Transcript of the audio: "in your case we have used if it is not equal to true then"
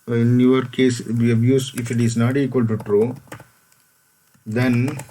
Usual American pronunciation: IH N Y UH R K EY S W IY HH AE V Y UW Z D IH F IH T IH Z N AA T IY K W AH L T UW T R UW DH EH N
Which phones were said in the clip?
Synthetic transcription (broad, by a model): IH N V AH R K EY S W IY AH B Y UW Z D IH F IH T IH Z N AA T IY K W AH L T UW T R UW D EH N